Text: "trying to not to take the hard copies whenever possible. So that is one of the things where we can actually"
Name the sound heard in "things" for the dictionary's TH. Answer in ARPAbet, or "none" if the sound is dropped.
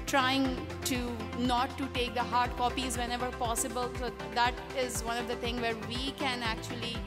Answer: T